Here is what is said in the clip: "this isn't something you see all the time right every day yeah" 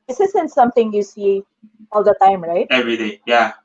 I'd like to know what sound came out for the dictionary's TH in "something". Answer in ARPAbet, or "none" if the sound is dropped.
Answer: T